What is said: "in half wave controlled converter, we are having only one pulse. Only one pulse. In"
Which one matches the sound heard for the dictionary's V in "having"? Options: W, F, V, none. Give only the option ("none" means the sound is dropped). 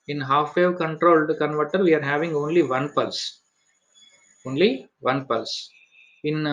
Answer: V